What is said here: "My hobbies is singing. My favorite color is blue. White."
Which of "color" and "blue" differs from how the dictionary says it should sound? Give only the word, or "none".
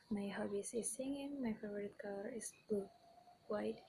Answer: blue